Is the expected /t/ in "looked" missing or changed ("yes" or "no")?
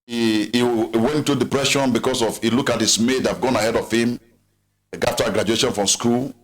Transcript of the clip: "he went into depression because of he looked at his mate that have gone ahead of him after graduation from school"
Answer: yes